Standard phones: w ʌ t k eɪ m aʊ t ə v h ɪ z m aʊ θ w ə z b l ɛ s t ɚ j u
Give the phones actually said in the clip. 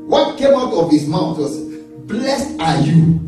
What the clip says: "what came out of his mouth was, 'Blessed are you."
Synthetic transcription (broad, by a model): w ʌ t k eɪ m aʊ t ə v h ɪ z m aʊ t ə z b l ɛ s t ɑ j u